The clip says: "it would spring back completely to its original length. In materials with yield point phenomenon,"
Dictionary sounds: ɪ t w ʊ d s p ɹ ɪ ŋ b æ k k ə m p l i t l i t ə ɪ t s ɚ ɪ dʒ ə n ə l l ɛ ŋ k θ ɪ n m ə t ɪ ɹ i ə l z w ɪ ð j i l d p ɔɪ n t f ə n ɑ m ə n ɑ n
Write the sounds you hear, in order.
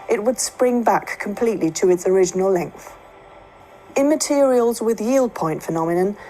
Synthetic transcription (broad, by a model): ɪ t w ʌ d s p ɹ ɪ ŋ b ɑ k k ə m p l i t l i t ə ɪ t s ɚ ɪ dʒ ə n ə l l ɛ ŋ k θ ɪ n m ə t ɪ ɹ i ə l z w ɪ ð j i l d p ɔɪ n t f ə n ɑ m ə n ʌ n